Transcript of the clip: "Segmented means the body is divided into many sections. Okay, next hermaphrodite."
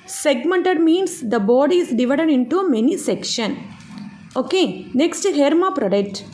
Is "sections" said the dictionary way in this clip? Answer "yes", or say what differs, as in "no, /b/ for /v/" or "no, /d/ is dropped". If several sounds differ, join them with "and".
no, /z/ is dropped